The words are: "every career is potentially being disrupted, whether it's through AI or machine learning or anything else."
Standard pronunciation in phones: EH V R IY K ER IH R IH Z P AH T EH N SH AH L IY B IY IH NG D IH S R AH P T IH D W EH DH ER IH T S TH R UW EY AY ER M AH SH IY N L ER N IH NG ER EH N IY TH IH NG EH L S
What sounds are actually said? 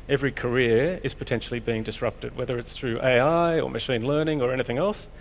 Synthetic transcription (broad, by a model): EH V R IY K ER IH R IH Z P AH T EH N SH L IY B IY IH NG D IH S R AH P T IH D W EH DH ER IH T S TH R UW EY AY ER M AH SH IY N L ER N IH NG ER EH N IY TH IH NG EH L S